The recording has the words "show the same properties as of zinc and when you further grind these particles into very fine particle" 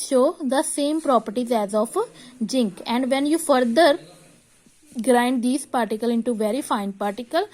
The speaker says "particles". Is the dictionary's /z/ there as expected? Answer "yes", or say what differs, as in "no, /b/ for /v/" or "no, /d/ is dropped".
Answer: no, /z/ is dropped